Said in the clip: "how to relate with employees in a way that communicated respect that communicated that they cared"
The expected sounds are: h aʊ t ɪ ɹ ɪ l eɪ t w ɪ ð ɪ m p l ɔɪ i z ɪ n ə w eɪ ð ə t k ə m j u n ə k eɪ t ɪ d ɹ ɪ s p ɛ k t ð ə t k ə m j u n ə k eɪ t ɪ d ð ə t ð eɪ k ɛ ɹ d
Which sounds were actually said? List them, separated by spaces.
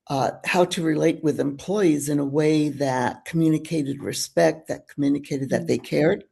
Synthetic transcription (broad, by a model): h aʊ t ɪ ɹ ɪ l eɪ t w ɪ ð ɪ m p l ɔɪ i z ɪ n ə w eɪ ð ə t k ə m j u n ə k eɪ t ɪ d ɹ ɪ s p ɛ k t ð ə t k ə m j u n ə k eɪ t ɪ d ð ə t ð eɪ k ɛ ɹ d